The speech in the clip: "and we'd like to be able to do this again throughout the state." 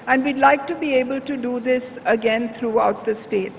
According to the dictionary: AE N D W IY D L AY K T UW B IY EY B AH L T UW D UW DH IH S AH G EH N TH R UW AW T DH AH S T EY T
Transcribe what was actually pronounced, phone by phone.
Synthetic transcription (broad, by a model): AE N D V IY D L AY K T UW B IY EY B AH L T UW D UW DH IH S AH G EH N T R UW AW T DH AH S T EY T